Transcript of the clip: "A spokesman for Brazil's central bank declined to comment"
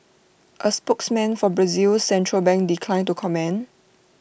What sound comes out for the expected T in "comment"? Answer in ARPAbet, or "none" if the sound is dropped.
none